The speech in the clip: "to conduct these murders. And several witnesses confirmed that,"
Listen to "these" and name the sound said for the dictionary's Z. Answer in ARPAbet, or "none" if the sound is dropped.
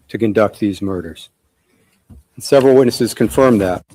Z